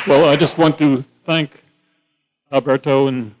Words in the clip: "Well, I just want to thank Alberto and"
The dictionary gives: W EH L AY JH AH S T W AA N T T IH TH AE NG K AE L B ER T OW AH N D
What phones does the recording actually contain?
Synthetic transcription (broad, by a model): W EH L AY JH AH S T W AA N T T IH TH AE NG K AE B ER T OW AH N